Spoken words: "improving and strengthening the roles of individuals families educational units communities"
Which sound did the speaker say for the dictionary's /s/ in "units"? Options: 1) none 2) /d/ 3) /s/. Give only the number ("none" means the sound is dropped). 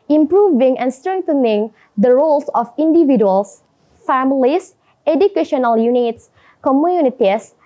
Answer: 3